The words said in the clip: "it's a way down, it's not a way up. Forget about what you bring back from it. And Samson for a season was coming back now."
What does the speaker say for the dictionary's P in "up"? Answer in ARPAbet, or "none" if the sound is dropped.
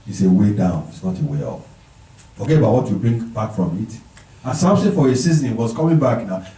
F